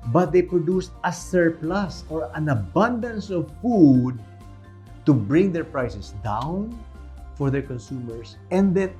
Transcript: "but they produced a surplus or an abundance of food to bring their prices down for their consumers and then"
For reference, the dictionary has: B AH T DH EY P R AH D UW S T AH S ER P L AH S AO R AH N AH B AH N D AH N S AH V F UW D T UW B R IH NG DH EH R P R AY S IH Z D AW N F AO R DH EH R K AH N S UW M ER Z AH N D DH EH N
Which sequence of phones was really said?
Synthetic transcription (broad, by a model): B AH T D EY P R AH D UW S T AH S ER P L AH S AO R AH N AH B AH N D AH N S AH V F UW D T UW B R IH NG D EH R P R AY S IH S D AW N F AO R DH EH R K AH N S UW M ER S AH N D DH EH N